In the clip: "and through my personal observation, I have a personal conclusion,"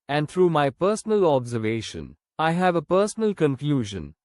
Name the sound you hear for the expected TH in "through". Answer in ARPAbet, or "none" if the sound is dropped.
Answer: T